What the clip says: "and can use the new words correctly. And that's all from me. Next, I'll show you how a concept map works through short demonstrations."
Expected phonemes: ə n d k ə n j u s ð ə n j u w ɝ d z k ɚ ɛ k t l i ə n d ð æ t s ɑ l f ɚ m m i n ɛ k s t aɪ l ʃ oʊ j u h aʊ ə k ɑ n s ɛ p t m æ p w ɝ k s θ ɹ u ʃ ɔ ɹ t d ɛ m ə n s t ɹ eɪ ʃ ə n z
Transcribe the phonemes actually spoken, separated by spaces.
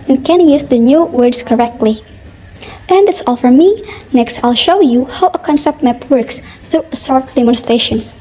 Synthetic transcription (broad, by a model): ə n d k ə n j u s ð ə n j u w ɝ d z k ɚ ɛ k t l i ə n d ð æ t s ɑ l f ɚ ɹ m i n ɛ k s t aɪ l ʃ oʊ j u h aʊ ə k ɑ n s ɛ p t m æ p w ɝ k s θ ɹ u s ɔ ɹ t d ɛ m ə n s t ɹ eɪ ʃ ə n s